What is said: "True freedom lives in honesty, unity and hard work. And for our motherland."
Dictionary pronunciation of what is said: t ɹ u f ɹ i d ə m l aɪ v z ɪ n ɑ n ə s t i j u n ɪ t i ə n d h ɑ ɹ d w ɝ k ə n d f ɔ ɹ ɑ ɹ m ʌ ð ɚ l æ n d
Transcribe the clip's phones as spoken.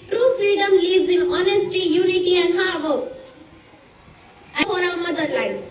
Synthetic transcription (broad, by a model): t ɹ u f ɹ i d ə m l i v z ɪ n ɑ n ə s t i j u n ɪ t i ə n d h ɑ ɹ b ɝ ə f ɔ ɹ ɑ m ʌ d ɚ l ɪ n